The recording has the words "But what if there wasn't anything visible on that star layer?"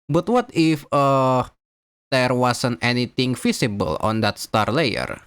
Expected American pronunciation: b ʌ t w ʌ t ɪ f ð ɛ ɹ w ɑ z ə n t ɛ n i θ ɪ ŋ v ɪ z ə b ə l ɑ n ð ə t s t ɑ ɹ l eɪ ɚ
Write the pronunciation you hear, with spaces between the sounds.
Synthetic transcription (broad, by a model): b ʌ t w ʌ t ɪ f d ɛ ɹ w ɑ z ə n t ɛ n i t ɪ ŋ f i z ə b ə l ɑ n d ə t s t ɑ ɹ l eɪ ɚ